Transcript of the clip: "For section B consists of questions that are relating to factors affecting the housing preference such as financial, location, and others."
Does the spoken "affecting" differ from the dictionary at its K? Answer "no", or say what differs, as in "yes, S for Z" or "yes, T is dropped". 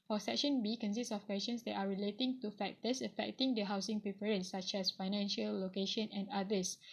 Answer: no